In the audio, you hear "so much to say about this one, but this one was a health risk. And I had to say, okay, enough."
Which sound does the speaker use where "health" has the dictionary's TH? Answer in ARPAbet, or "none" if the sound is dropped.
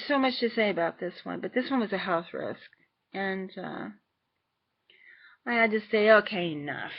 TH